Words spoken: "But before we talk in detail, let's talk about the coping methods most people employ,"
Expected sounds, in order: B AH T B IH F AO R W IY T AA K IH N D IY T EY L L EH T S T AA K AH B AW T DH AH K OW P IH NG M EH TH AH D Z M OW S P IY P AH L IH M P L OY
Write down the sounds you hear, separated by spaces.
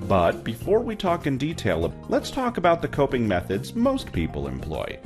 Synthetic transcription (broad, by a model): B AH T B IH F AO R W IY T AA K IH N D IY T EY L L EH T S T AA K AH B AW T DH AH K OW P IH NG M EH TH AH D Z M OW S P IY P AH L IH M P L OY